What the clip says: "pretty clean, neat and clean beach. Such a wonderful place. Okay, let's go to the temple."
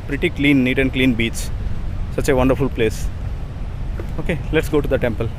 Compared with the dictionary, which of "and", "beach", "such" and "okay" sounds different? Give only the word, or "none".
beach